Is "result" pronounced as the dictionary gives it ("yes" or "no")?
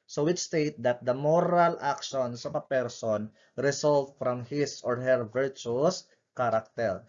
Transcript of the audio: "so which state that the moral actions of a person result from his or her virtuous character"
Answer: no